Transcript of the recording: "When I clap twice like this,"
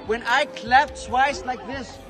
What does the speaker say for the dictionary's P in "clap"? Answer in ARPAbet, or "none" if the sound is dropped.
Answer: F